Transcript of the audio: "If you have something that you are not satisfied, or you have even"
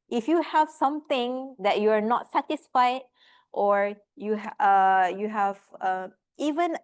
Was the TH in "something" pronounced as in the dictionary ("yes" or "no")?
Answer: no